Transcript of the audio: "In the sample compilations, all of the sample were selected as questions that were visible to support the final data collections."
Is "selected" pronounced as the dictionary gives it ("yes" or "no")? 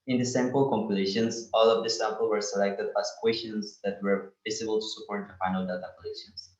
yes